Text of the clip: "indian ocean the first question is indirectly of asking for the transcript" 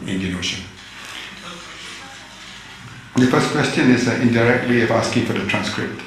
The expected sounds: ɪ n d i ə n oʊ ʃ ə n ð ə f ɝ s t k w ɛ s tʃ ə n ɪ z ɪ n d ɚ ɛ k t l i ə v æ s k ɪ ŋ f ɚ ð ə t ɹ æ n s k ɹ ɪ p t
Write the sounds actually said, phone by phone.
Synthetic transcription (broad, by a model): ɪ n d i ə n oʊ ʃ ə n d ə f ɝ s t k w ɛ s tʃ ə n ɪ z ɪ n d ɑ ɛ k t w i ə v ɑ s k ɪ ŋ f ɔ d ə t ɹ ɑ n s k ɹ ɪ p t